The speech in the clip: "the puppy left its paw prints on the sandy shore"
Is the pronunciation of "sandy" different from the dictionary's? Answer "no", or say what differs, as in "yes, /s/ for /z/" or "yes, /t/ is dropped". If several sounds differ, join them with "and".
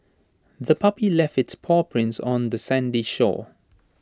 no